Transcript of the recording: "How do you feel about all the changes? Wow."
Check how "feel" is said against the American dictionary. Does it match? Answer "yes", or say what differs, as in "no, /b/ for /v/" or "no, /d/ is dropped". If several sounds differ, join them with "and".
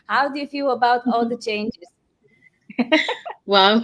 yes